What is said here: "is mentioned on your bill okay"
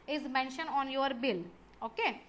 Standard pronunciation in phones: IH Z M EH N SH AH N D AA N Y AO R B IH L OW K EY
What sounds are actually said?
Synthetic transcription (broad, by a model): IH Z M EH N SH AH N AA N Y AO R B IH L OW K EY